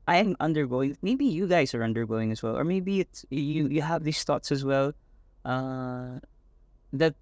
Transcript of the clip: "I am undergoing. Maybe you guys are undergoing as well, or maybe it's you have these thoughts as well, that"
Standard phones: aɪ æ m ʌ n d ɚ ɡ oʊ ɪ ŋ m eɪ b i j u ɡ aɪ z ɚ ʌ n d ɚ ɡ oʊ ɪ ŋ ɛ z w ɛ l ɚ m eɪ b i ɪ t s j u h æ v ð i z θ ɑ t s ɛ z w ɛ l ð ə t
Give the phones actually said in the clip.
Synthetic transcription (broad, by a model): aɪ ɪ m ʌ n d ɚ ɡ oʊ ɪ ŋ m eɪ b i j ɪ ɡ aɪ z ɚ ʌ n d ɚ ɡ oʊ ɪ ŋ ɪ z w ɛ l ɚ m eɪ b i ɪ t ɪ j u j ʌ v ð i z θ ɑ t s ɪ z w ɛ l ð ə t